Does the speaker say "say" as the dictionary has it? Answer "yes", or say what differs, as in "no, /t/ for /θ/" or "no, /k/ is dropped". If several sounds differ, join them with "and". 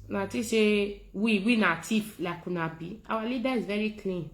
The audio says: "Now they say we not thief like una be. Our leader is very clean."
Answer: no, /ʃ/ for /s/